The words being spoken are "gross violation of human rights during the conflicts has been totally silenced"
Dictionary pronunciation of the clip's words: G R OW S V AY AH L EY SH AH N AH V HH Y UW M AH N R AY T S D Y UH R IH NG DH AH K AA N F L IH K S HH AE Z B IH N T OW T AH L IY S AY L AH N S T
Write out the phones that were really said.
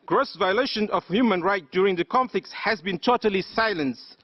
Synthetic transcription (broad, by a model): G R OW S V AY AH L EY SH AH N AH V HH Y UW M AH N R AY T D Y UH R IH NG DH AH K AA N F L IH K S HH AE Z B IH N T OW T AH L IY S AY L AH N S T